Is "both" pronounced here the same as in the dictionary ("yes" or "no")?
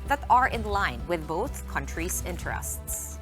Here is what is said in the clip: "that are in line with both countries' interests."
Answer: yes